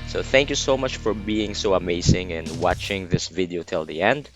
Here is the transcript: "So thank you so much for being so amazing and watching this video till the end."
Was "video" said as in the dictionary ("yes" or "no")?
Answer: yes